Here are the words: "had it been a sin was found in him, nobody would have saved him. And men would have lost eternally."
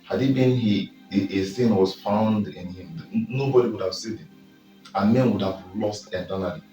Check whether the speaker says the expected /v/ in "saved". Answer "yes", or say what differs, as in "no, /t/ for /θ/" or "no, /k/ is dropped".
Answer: no, /v/ is dropped